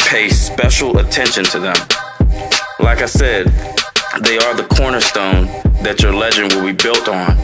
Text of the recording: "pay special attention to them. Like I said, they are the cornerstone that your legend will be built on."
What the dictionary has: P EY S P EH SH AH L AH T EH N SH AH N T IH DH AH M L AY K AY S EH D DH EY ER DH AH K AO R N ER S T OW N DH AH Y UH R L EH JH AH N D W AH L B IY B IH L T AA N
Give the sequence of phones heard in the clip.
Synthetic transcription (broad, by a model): P EY S P EH SH L AH T EH N SH AH N T IH DH AH M L AY K AY S EH D DH EY ER DH AH K AO R N ER S T OW N DH AH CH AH R L EH JH AH N D W AH L B IY B IH L T N